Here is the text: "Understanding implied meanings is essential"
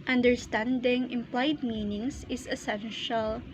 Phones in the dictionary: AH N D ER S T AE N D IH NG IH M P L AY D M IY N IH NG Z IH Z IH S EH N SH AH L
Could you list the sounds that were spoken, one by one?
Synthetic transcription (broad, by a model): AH N D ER S T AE N D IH NG IH M P L AY D M IY N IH NG S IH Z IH S EH N SH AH L